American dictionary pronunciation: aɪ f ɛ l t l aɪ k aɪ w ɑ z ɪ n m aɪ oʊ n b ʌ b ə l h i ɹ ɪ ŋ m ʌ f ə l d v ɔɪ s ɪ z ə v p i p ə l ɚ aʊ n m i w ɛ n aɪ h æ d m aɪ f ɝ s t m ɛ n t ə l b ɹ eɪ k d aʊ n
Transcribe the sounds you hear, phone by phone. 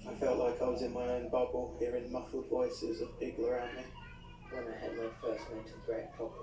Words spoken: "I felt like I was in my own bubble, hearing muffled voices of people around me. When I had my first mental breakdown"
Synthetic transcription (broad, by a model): aɪ f ɛ l t l aɪ k aɪ w ɑ z ɪ n m aɪ oʊ n b ʌ b ə l h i ɹ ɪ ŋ m ʌ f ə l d v ɔɪ s ɪ z ə v b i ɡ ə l ɚ aʊ n m i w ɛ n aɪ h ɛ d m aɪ f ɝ s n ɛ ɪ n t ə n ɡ ɹ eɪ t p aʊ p